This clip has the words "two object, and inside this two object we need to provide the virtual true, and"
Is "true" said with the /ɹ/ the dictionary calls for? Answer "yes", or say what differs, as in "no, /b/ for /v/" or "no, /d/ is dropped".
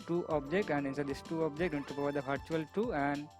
no, /ɹ/ is dropped